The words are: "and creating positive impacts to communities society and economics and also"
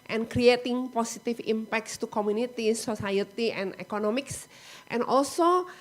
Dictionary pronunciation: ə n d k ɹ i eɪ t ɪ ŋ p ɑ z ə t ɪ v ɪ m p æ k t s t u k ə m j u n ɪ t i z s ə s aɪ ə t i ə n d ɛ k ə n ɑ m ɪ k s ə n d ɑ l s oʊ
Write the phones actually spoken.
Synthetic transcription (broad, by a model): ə n k ɹ i eɪ t ɪ ŋ p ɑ s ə t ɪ f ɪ m p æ k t s t u k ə m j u n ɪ t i s ə s aɪ ə t i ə n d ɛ k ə n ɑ m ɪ k s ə n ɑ l s oʊ